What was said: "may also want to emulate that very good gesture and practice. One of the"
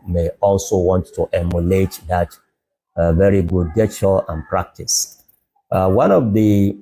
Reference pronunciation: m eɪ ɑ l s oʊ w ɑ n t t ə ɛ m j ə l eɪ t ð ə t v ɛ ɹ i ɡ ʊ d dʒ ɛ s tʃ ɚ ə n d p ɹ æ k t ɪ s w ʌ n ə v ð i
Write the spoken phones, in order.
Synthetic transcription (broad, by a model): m eɪ ɑ l s oʊ w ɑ n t t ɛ m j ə l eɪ t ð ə t v ɛ ɹ i ɡ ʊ d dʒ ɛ tʃ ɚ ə n p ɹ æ k t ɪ s w ʌ n ə v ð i